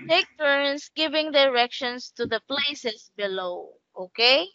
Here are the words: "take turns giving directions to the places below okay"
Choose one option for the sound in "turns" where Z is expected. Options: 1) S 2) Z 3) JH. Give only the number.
1